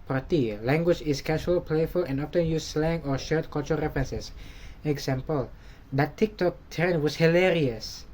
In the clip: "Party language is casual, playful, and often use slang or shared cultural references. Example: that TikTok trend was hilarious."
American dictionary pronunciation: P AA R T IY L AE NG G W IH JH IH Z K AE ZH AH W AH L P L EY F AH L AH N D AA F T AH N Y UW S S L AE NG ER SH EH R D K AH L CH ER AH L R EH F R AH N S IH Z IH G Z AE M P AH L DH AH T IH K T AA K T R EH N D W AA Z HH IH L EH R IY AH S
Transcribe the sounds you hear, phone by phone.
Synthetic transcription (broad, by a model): P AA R T IY L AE NG G W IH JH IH S K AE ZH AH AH L P L EY F AH L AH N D AA F T AH N Y UW S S L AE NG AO SH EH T K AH L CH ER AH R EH F R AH N S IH S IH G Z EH M P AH L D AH T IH K T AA K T EH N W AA S HH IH L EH R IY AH S